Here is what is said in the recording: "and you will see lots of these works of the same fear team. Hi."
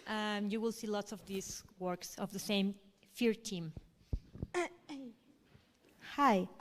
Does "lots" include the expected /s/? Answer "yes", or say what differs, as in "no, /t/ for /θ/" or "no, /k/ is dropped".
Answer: yes